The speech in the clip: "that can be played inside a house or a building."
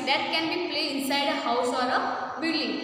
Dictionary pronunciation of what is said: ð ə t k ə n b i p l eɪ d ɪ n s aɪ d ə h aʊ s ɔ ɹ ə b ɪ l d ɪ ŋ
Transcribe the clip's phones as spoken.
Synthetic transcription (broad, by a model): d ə t k ə n b i p l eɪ ɪ n s aɪ d ə h aʊ s ɔ ɹ ə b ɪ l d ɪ ŋ